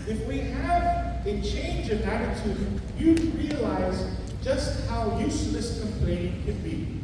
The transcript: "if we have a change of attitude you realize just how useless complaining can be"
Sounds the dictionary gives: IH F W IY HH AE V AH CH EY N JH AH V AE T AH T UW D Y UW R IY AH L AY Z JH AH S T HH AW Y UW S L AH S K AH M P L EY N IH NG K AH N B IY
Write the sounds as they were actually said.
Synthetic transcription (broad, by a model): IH F W IY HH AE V AH CH EY N JH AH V AE T AH T UW D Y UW R IY AH L AY Z JH AH S T HH AW Y UW S L AH S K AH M P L EY IH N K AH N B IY